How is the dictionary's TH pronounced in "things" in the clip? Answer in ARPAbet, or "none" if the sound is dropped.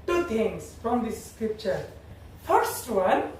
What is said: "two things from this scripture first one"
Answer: T